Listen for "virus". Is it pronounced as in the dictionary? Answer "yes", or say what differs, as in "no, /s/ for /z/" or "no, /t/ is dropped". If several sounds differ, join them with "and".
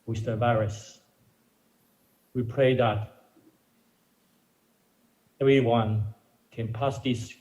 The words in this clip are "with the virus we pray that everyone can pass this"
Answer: no, /b/ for /v/